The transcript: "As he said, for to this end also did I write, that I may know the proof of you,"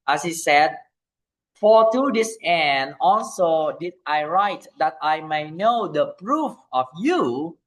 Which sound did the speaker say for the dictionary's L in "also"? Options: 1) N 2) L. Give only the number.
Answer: 2